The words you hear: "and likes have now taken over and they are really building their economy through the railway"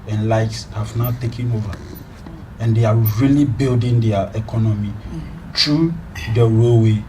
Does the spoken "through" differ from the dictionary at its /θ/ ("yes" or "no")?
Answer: yes